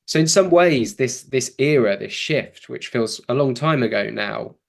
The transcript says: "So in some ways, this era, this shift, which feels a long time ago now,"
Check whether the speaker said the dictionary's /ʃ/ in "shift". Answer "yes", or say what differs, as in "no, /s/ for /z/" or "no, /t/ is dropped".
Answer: yes